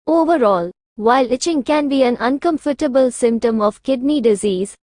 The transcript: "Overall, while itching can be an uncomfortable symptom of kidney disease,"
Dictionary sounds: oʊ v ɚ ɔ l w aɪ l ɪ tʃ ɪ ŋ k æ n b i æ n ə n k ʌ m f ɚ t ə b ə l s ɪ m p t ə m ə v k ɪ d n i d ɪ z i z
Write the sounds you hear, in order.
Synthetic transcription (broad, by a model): oʊ v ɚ ɔ l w aɪ l ɪ tʃ ɪ ŋ k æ n b i æ n ə n k ʌ m f ɚ t ə b ə l s ɪ m p t ə m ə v k ɪ d n i d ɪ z i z